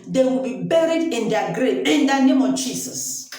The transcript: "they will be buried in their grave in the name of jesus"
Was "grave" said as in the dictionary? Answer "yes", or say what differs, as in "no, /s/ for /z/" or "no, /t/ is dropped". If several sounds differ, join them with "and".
no, /v/ is dropped